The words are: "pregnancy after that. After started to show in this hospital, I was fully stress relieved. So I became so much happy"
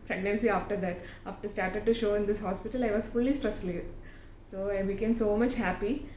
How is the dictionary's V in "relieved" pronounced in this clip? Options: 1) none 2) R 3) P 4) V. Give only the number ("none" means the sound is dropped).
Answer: 1